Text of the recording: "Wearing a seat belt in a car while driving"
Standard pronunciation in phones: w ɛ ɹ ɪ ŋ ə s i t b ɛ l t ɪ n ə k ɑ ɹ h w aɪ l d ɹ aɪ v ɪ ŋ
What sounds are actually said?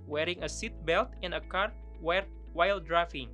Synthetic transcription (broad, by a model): w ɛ ɹ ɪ ŋ ə s i t b ɛ l t ɪ n ə k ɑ ɹ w w aɪ l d ɹ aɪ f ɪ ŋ